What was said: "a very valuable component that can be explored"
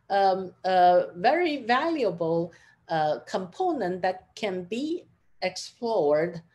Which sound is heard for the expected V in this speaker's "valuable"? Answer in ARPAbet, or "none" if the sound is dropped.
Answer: V